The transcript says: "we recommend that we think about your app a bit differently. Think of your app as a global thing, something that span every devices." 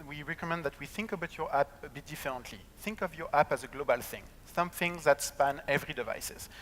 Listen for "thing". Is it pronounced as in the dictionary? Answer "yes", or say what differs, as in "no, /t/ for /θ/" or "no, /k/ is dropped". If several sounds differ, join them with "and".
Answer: yes